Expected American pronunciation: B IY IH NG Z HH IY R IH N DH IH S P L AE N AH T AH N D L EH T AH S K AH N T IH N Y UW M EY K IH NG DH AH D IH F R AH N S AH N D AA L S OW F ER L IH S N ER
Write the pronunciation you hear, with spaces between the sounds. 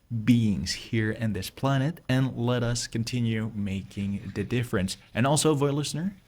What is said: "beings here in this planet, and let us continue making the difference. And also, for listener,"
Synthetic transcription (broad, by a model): B IY IH NG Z HH IY R IH N DH IH S P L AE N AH T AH N L EH T AH S K AH N T IH N Y UW M EY K IH NG DH AH D IH F R AH N S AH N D AA L S OW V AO L IH S N ER